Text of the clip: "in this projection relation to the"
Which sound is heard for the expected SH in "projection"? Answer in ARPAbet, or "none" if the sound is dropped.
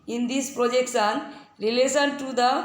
S